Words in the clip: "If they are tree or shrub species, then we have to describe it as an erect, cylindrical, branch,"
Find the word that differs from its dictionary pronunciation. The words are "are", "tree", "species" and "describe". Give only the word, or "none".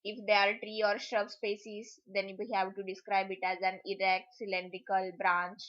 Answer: species